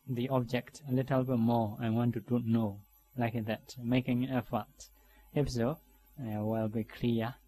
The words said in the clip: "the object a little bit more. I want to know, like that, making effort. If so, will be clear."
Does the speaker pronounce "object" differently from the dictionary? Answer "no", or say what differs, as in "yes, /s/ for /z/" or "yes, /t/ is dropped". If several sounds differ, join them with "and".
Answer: no